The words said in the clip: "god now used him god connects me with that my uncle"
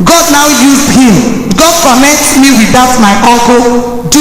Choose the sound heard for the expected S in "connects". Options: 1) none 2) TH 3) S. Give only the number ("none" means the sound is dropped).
1